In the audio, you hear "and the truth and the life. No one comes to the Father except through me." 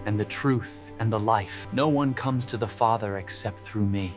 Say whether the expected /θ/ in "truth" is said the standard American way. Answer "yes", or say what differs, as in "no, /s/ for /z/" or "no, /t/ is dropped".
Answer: yes